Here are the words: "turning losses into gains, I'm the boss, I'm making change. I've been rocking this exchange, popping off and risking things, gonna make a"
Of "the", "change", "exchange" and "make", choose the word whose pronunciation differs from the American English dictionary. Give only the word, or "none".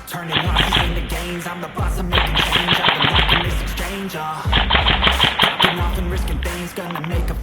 none